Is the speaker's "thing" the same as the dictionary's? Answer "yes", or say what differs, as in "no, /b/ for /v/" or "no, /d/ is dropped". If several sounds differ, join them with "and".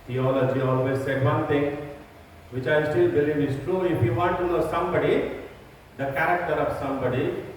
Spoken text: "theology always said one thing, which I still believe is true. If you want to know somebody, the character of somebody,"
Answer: no, /t/ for /θ/